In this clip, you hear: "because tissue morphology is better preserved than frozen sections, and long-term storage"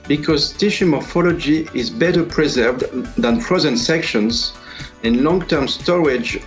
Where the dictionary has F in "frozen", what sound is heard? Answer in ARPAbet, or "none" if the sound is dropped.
P